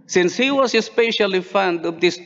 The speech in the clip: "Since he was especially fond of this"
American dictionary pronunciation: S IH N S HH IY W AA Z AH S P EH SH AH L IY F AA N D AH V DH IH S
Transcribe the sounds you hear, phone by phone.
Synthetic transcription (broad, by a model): S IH N S HH IY W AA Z AH S P EH SH AH L IY F AA N D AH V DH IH S